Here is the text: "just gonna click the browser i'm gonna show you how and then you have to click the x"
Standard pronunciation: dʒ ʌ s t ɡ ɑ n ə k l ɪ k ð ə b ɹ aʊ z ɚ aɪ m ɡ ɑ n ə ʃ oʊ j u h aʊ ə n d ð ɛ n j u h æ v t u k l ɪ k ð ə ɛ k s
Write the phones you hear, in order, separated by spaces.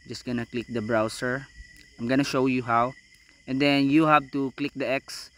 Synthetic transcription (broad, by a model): dʒ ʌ s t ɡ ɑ n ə k l ɪ k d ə b ɹ aʊ s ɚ aɪ m ɡ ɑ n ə ʃ oʊ j u h aʊ ə n d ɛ n j u h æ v t u k l ɪ k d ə ɛ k s